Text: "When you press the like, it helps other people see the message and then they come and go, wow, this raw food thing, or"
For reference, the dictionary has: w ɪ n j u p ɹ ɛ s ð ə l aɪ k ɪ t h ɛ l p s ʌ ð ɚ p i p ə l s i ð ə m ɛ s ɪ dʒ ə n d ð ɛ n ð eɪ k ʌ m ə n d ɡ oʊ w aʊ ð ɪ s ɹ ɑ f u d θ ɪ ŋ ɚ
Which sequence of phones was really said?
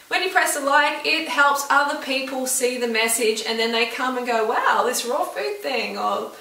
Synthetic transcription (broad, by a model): w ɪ n j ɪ p ɹ ɛ s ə l aɪ k ɪ t h ɛ l p s ʌ ð ɚ p i p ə l s i ð ə m ɛ s ɪ dʒ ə n ð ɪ n ð eɪ k ʌ m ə n ɡ oʊ w aʊ ð ɪ s ɹ ɑ f u d θ ɪ ŋ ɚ